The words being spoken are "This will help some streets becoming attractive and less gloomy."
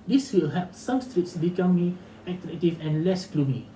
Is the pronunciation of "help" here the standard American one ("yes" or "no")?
no